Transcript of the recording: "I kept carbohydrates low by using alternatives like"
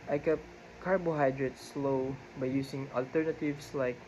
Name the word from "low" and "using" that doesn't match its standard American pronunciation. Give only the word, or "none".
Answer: using